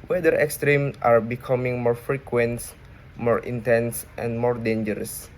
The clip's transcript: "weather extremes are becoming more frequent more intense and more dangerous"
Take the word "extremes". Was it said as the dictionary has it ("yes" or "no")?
no